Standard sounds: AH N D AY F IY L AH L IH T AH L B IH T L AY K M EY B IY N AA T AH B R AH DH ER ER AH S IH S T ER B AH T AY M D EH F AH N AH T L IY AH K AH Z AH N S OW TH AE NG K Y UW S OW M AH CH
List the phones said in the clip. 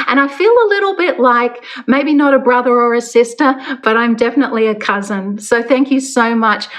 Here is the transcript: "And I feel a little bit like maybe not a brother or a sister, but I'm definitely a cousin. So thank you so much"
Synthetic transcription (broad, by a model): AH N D AY F IY L AH L IH T L B IH T L AY K M EY B IY N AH T AH B R AH DH ER ER AH S IH S T ER B AH T AY M D EH F AH N AH T L IY AH K AH Z AH N S OW TH AE NG K Y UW S OW M AH CH